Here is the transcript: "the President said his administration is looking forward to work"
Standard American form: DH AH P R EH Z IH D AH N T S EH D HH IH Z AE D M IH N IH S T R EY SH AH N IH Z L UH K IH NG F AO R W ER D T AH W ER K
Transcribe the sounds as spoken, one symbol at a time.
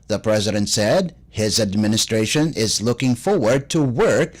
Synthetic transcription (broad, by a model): DH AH P R EH Z IH D AH N T S EH D HH IH Z AE D M IH N IH S T R EY SH AH N IH Z L UH K IH NG F AO R W ER D T AH W ER K